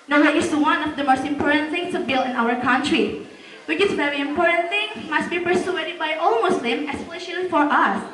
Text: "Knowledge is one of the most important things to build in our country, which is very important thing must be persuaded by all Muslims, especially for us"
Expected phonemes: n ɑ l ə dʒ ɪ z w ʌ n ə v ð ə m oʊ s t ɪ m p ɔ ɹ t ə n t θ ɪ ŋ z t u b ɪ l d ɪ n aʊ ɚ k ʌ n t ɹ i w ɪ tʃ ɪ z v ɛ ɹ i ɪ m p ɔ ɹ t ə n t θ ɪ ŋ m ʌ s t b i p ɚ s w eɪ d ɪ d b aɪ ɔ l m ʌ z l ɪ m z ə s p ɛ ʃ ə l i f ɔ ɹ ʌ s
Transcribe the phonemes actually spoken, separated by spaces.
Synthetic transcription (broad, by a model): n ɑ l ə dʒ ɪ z w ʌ n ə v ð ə m oʊ s t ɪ m p ɔ ɹ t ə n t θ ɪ ŋ s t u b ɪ l ɪ n aʊ ɚ k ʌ n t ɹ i w ɪ tʃ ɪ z v ɛ ɹ i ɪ m p ɔ ɹ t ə n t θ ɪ ŋ m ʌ s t b i p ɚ s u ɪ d b aɪ ɔ l m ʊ s l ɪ m ə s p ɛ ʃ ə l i f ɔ ɹ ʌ s